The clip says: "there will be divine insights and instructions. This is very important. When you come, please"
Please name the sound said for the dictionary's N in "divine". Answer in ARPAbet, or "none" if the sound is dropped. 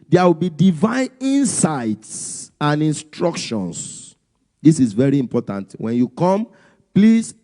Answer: N